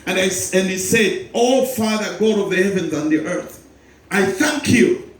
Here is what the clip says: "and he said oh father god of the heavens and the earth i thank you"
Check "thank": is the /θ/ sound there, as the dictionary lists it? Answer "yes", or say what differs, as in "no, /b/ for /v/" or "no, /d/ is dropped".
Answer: yes